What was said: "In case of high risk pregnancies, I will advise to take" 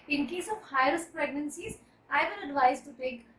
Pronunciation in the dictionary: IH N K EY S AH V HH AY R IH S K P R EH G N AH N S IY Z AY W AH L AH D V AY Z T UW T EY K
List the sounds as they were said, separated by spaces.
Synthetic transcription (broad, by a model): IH N K EY S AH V HH AY R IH S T P R EH G N AH N S IY Z AY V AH N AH D V AY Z T UW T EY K